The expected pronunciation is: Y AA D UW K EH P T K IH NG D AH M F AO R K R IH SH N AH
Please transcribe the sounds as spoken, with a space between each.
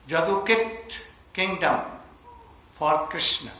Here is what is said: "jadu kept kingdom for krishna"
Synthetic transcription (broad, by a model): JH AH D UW K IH T K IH NG D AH M F AO R K R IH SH N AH